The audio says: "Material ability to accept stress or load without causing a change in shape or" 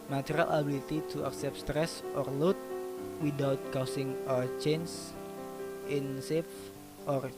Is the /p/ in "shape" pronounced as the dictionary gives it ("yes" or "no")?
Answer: no